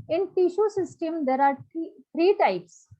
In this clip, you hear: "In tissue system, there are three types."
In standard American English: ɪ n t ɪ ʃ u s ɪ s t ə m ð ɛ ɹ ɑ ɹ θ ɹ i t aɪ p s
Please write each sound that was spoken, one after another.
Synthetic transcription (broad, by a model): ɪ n t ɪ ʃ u s ɪ s t ə m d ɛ ɹ ɑ ɹ t ɹ i t aɪ p s